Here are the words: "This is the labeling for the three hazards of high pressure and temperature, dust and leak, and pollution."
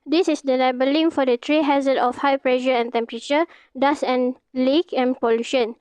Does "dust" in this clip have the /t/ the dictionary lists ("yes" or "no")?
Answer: no